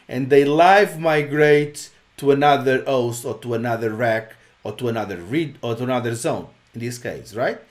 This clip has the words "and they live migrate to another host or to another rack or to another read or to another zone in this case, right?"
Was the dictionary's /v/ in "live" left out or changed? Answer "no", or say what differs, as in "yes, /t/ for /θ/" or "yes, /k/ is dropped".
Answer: no